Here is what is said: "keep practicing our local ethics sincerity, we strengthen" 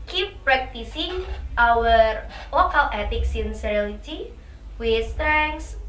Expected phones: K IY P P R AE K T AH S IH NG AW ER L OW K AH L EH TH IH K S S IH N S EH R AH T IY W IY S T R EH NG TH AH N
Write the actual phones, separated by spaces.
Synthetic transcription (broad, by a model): K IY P P R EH K T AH S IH NG AW ER L OW K AH L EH T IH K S S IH N S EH L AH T IY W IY S T R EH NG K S